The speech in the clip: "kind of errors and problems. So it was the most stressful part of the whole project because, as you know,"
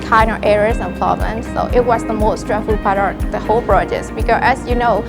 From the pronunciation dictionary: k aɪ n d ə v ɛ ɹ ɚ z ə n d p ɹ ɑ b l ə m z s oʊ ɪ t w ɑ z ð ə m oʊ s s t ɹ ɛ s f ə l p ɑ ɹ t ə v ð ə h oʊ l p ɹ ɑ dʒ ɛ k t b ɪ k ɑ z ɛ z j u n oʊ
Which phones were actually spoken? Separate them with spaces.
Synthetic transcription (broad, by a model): k aɪ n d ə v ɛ ɹ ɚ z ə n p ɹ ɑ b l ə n s oʊ ɪ t w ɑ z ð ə m oʊ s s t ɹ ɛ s f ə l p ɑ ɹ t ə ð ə h oʊ l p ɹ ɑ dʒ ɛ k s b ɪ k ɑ ɛ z j u n oʊ